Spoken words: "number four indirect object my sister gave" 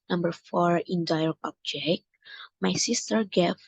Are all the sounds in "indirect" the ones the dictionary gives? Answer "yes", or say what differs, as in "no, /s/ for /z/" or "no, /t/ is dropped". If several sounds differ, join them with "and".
no, /t/ is dropped